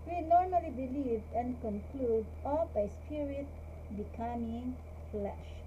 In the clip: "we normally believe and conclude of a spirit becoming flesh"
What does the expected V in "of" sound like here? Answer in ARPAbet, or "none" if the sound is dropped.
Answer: B